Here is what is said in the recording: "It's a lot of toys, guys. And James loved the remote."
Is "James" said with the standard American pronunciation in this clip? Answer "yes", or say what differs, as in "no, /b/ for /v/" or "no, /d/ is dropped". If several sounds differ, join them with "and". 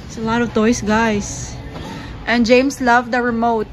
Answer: no, /s/ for /z/